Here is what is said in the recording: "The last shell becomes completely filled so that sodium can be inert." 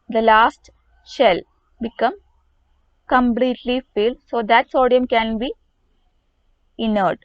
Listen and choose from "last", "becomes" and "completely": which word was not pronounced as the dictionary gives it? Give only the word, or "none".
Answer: becomes